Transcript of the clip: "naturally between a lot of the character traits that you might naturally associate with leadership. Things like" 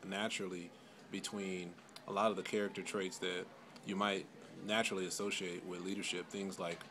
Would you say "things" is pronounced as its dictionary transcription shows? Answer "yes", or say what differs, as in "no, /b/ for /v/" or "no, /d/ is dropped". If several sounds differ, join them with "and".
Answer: yes